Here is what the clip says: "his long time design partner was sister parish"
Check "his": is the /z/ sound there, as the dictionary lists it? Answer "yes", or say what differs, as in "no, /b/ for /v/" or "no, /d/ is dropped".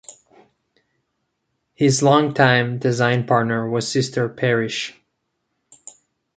yes